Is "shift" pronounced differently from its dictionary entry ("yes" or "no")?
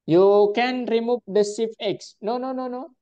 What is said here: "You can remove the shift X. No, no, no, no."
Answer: yes